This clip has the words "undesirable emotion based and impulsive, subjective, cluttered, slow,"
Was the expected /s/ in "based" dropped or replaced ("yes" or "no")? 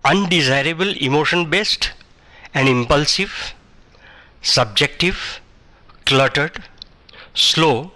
no